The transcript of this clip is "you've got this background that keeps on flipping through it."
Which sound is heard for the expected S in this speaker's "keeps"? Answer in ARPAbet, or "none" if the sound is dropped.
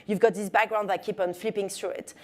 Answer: none